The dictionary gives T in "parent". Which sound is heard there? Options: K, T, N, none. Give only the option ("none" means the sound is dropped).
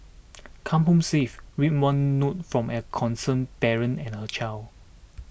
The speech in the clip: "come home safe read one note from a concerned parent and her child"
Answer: none